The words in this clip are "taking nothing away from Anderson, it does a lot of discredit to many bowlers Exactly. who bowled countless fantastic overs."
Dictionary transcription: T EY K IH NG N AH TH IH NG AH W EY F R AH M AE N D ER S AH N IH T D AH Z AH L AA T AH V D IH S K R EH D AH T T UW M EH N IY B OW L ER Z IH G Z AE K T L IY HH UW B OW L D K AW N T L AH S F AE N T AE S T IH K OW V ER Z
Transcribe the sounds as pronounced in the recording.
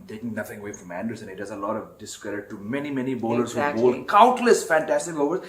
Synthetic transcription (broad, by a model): T EY K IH NG N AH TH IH NG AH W EY F R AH M AE N D ER S AH N IH T D AH Z AH L AA T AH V D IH S K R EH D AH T T UW M EH N IY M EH N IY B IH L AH T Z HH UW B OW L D K AW N T L AH S F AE N T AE S T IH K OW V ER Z